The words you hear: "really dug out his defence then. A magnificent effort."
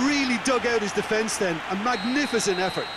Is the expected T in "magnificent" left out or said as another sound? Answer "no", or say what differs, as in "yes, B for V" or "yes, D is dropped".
no